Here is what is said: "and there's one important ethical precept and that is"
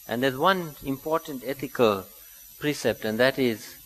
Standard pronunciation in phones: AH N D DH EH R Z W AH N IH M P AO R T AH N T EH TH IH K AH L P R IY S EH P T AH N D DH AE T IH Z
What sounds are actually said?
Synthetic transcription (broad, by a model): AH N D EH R Z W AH N IH M P AO R T AH N T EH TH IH K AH L P R IY S EH P T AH N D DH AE T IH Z